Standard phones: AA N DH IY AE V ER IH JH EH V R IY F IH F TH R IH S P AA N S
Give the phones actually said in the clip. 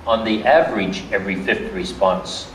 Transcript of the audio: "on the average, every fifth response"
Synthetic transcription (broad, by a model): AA N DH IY AE V ER IH JH EH V R IY F IH F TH R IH S P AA N S